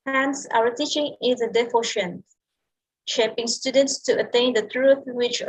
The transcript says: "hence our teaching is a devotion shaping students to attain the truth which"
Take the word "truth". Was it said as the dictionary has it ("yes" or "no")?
yes